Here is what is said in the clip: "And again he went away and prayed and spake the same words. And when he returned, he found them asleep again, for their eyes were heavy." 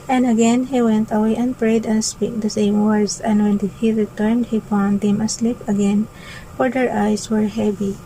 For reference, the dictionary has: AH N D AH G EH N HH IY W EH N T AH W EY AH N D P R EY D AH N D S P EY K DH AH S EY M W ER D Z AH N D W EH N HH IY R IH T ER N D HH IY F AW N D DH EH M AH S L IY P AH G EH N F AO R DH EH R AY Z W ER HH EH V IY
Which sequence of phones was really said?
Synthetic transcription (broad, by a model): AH N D AH G EH N HH IY W EH N T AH W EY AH N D P R EY D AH N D S P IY K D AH S EY M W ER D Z AH N D W EH N HH IY R IH T ER N D HH IY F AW N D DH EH M AH S L IY P AH G EH N F AO R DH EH R AY S W ER HH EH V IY